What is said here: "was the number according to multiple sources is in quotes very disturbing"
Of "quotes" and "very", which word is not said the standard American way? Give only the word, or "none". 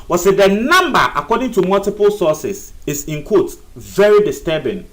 quotes